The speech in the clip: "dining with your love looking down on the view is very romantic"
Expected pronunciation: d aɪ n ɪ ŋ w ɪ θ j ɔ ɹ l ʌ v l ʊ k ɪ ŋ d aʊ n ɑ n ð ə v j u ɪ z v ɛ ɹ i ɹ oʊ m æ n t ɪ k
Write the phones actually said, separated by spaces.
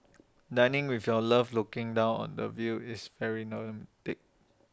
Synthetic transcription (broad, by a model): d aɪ n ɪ ŋ w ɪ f j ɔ l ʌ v l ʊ k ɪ ŋ d aʊ n ɑ n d ə v j u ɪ s v ɛ ɹ i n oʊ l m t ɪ k